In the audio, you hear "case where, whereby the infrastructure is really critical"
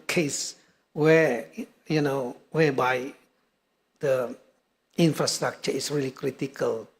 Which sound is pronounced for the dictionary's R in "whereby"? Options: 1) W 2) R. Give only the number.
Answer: 1